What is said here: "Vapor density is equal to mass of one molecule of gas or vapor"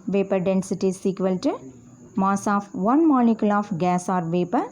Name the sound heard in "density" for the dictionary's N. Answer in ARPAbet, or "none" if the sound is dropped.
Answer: N